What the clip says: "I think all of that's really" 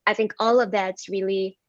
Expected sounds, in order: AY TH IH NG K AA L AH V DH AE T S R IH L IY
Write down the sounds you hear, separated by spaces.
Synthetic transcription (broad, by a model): AY TH IH NG K AA L AH V DH AE T S R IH L IY